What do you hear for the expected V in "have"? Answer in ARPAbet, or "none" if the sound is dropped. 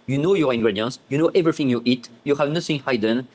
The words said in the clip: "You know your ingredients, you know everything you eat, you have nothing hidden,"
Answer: V